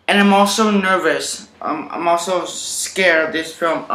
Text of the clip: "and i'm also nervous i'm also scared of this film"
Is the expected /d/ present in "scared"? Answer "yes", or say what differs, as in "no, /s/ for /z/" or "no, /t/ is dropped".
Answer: no, /d/ is dropped